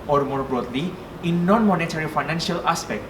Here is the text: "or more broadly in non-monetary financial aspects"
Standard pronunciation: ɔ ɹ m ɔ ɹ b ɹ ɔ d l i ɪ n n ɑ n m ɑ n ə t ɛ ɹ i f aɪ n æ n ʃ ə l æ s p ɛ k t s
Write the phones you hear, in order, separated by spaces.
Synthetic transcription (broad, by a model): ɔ ɹ m ɔ ɹ b ɹ ɔ d l i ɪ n n ɑ n m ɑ n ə t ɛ ɹ i f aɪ n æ n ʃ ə l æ s p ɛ k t